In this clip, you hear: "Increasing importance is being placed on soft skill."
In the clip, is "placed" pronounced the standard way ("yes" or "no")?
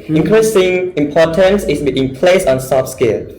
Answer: no